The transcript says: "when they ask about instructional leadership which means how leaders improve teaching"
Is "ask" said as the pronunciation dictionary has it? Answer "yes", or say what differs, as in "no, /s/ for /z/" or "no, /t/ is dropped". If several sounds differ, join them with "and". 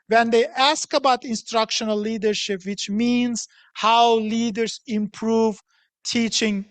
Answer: yes